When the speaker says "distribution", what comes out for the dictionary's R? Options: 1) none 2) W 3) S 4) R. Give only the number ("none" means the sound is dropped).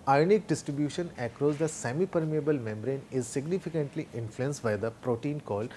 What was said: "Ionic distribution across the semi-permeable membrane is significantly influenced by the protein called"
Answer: 4